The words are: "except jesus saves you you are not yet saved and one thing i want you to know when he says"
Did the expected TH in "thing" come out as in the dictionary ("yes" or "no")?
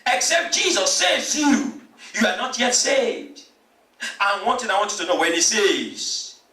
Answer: no